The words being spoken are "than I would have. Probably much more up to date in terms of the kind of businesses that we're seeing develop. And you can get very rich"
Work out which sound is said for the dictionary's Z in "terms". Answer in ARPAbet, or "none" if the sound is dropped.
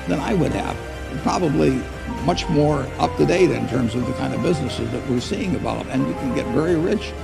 Z